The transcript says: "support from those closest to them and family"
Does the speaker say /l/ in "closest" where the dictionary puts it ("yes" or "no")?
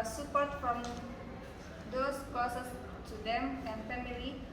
no